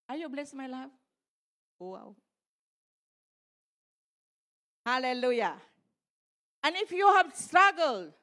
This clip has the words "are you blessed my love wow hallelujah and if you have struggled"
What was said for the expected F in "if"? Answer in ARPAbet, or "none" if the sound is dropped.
F